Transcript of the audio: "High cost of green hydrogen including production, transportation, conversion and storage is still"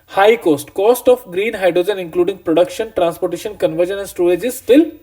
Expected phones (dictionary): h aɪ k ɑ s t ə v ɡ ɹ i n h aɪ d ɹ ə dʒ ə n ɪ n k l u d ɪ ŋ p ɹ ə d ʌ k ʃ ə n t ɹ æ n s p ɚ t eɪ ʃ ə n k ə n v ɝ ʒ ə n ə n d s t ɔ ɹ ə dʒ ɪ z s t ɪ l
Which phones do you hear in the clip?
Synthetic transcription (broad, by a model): h aɪ k ɑ s t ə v ɡ ɹ i n h aɪ d ɹ ə dʒ ə n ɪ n k l u d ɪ ŋ p ɹ ə d ʌ k ʃ ə n t ɹ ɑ n s p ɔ t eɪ ʃ ə n k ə n v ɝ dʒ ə n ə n s t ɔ l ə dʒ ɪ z s t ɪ l